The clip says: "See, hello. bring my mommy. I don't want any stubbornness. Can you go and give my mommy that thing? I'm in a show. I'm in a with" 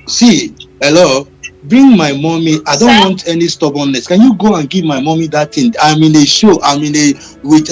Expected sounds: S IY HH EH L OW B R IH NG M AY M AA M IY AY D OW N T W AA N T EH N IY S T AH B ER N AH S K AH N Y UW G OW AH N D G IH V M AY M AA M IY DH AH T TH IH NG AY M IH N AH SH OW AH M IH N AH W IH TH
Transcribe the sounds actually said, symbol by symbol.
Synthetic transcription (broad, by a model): S IY HH EH L OW B R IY NG M AY M AA M IY AY D OW N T W AA N T EH N IY S T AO B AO N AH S K AH N Y UW G OW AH N G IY V M AY M AA M IY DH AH T T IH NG AY M IH N AH SH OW AH M IH N AH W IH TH